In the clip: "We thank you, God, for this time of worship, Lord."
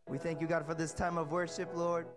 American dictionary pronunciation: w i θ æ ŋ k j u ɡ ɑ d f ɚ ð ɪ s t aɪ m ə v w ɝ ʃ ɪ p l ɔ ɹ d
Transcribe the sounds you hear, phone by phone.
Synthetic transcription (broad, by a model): w i θ æ ŋ k j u ɡ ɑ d f ɚ ð ɪ s t aɪ m ə v w ɝ ʃ ɪ p l ɔ ɹ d